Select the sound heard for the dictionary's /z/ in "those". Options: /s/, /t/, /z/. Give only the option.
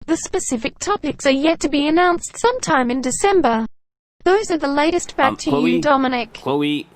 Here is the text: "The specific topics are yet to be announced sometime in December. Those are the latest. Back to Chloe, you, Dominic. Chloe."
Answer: /z/